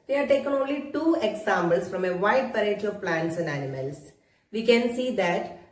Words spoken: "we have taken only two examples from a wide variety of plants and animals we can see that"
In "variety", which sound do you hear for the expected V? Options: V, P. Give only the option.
P